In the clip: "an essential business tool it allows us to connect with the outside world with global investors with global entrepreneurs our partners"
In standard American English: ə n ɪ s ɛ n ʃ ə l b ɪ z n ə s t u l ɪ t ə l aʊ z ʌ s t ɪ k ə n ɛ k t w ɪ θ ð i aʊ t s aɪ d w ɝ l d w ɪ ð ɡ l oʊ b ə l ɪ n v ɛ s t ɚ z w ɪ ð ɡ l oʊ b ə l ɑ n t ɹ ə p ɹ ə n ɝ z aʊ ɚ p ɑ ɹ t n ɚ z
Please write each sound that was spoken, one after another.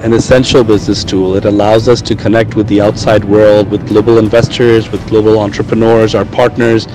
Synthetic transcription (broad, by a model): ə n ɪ s ɛ n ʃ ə l b ɪ z n ə s t u l ɪ t ə l aʊ z ʌ s t ɪ k ə n ɛ k t w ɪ ð i aʊ t s aɪ d w ɝ l d w ɪ ð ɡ l oʊ b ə l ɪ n v ɛ s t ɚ z w ɪ ð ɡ l oʊ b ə l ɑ n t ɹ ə p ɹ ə n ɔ z aʊ ɚ p ɑ ɹ t n ɚ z